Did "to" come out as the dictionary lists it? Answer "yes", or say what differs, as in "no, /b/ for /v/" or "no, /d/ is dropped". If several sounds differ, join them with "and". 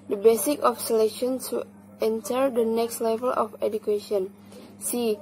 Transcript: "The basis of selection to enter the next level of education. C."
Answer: no, /s/ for /t/